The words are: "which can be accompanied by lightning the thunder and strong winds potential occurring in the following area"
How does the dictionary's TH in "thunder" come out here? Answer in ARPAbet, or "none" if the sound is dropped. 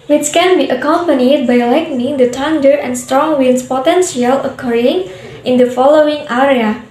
T